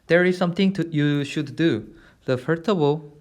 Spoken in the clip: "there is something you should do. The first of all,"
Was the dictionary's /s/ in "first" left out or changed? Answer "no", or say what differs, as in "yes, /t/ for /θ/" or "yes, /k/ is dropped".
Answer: yes, /s/ is dropped